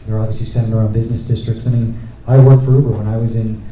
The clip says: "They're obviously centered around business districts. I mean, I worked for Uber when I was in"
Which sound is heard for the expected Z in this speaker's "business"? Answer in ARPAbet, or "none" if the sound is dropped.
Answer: Z